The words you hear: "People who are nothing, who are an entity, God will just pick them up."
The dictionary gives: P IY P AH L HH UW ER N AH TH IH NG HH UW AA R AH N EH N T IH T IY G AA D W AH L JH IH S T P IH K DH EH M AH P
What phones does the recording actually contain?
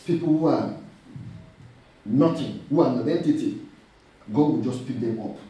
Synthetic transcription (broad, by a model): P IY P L HH UW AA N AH T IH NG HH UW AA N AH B EH N T IH T IY G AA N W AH JH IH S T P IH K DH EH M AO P